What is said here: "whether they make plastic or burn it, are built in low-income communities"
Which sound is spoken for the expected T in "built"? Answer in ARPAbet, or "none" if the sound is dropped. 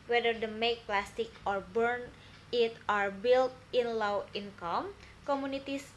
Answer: T